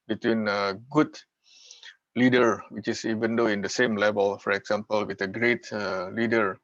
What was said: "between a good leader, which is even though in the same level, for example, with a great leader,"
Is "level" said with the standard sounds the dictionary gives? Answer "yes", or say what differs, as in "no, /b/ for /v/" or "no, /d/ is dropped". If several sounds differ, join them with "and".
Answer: yes